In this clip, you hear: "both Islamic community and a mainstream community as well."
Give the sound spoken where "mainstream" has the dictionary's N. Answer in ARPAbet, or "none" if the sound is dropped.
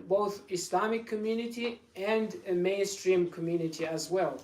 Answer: N